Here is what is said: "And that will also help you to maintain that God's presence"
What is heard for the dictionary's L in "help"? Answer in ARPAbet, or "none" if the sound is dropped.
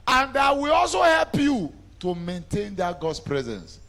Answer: L